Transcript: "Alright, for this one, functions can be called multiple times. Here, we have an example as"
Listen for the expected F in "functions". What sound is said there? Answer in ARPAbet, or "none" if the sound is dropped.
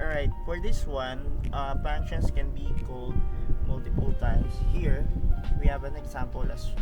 P